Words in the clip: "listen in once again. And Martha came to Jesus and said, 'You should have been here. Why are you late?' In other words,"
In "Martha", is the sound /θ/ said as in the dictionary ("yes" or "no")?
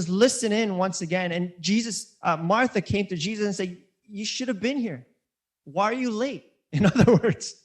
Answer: yes